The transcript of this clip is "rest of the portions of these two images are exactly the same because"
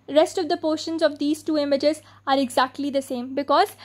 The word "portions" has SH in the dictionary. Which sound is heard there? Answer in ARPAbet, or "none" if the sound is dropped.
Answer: SH